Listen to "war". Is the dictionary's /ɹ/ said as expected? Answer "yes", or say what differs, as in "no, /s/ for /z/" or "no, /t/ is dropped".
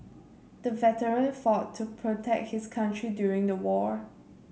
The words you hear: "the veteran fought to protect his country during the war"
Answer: yes